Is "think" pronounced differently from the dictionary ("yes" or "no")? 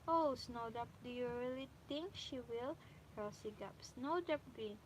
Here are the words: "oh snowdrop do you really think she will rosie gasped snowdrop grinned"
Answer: yes